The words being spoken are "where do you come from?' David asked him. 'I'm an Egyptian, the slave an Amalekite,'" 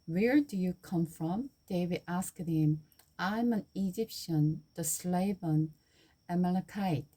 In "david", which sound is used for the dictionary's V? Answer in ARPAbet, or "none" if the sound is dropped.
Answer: W